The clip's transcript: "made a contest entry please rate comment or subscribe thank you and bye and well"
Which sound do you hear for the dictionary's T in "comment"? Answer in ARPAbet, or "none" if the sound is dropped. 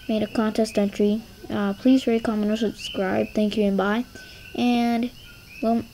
none